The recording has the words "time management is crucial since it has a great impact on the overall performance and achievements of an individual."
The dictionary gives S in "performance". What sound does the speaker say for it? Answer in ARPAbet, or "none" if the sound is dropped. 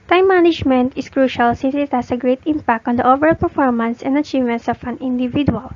S